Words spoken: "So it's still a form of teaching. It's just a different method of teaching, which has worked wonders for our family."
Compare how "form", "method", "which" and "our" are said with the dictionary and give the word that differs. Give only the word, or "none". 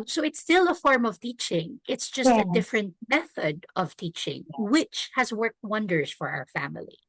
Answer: none